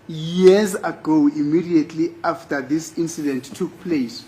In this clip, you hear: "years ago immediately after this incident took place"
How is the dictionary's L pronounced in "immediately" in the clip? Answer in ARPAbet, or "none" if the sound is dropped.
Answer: L